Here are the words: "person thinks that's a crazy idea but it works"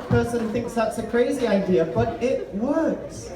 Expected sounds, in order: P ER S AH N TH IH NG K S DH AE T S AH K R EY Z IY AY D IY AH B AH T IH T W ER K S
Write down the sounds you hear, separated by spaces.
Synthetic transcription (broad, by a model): P ER S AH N TH IH NG K S DH AE T S AH K R EY Z IY AY D IY AH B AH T IH T W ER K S